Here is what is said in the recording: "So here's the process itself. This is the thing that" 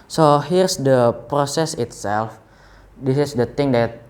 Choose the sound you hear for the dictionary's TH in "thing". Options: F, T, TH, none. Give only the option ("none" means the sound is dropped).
T